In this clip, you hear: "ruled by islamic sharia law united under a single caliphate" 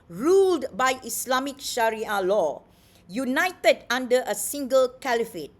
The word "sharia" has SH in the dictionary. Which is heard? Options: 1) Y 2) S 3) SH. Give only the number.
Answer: 3